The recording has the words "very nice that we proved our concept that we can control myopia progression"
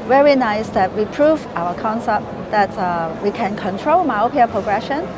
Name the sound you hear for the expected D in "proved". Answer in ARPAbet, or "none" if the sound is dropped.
none